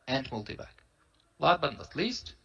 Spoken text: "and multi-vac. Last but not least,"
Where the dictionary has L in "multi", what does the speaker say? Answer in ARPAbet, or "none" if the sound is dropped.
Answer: L